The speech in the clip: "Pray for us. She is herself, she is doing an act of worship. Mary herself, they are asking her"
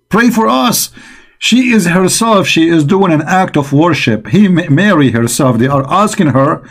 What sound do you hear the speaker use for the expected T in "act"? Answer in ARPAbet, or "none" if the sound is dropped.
T